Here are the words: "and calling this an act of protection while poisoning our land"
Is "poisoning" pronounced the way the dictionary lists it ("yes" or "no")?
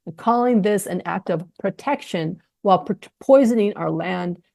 yes